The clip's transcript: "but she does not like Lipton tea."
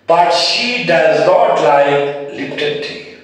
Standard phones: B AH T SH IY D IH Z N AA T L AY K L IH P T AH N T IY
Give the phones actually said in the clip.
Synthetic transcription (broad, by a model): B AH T SH IY D IH Z N AA T L AY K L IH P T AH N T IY